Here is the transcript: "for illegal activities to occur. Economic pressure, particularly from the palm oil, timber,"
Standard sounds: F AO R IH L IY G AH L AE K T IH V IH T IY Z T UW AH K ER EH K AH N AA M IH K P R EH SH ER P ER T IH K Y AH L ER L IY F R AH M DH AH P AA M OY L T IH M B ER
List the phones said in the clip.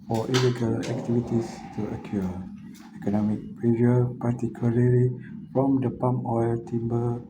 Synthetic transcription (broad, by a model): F AO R IH L IY G AH L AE K T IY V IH T IY S T UW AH K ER EH K AH N AA M IH K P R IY ER P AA T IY K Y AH L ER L IY F R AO M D AH P AA M OY L T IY M B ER